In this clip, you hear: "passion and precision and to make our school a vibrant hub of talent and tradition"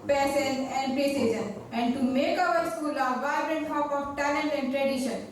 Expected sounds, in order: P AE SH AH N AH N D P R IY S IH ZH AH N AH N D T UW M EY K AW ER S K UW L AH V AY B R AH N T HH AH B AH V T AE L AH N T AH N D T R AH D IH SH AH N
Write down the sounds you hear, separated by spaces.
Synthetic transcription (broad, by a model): P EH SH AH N AH N D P IY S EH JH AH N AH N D T UW M EY K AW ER S K UW L AH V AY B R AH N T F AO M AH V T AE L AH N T AH N D T R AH D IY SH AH N